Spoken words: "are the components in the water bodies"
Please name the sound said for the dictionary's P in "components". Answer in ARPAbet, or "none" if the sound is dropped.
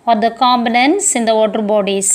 B